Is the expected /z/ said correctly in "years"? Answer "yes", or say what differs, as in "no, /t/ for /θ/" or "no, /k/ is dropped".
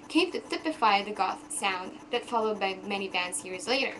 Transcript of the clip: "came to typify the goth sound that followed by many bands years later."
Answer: yes